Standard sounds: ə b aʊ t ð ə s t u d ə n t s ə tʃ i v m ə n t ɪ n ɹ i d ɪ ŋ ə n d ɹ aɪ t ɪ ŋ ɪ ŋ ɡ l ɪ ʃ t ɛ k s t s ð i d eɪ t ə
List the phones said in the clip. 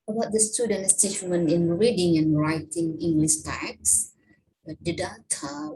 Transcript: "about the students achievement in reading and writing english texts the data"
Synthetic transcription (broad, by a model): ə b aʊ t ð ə s t u d ə n t s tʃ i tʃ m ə n ɪ n ɹ i d ɪ ŋ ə n ɹ aɪ t ɪ ŋ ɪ ŋ ɡ l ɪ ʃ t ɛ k s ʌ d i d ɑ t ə